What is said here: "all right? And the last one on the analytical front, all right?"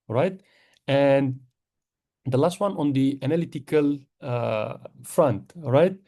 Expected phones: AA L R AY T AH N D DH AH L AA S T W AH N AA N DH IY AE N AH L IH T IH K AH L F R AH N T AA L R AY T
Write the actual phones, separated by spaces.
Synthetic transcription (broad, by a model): R AY T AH N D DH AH L AA S T W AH N AA N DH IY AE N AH L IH T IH K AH L F R AH N T R AY T